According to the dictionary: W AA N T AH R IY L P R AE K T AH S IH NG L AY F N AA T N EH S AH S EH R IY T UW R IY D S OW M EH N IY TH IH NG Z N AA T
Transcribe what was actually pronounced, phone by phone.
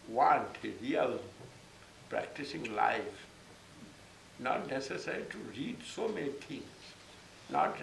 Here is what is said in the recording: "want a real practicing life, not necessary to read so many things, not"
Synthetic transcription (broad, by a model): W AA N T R IY L P R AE K T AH S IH NG L AY F N AA T N EH S AH S EH R IY T UW R IY D S OW M EH N IY T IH NG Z N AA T